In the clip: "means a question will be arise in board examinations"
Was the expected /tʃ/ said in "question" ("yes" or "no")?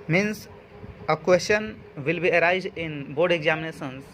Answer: no